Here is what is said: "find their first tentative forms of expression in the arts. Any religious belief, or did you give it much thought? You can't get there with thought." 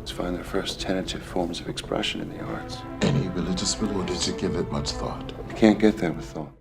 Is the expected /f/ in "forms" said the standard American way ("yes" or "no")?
yes